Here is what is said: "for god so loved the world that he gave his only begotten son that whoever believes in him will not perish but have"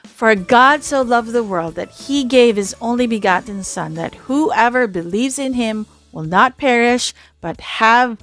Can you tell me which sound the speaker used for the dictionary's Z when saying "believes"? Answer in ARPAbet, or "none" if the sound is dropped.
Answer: Z